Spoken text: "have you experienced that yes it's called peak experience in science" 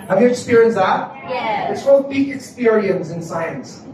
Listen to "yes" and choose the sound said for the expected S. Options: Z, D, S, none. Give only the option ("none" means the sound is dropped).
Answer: none